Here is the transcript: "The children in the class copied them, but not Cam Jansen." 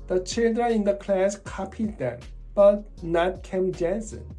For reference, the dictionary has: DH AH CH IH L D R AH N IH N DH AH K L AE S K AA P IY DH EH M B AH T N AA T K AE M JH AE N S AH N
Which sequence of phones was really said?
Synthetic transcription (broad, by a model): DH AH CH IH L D R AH IH N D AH K L AE S K AA P IY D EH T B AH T N AA T K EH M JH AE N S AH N